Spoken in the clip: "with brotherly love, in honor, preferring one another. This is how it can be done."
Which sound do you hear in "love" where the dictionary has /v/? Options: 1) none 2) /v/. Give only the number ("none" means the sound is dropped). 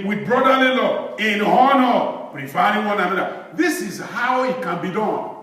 1